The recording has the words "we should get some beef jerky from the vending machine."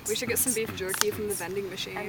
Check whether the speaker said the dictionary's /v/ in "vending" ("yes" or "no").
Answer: no